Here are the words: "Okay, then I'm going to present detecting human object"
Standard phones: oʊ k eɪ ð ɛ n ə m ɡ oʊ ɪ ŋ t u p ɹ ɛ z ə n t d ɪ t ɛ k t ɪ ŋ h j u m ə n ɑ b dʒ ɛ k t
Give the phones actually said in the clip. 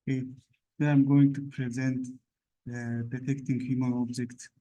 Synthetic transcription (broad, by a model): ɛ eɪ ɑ ə m ɡ oʊ ɪ ŋ t u p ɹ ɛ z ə n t d ɪ t ɛ k t ɪ ŋ h j u m ə n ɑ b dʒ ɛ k t